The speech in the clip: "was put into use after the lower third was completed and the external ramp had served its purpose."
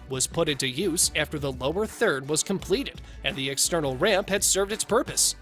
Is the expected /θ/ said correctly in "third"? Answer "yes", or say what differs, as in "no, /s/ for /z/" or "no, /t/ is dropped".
yes